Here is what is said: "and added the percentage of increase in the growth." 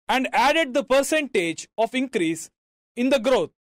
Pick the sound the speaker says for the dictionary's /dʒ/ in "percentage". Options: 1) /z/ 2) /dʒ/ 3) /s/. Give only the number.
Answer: 2